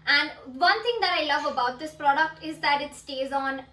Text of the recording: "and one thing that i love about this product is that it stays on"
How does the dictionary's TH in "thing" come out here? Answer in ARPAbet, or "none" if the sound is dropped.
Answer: T